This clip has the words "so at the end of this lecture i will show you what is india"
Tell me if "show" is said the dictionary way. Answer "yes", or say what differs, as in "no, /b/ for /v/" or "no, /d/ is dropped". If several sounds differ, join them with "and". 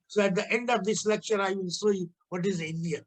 no, /s/ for /ʃ/